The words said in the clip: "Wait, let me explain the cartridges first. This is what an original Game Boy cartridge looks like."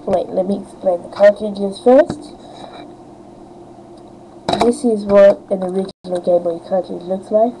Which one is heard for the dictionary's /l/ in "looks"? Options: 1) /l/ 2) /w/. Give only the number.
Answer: 1